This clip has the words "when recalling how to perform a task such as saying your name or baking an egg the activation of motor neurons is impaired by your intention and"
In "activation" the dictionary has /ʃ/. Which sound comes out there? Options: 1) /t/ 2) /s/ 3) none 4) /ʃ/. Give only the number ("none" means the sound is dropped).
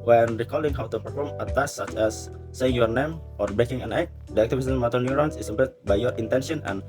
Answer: 2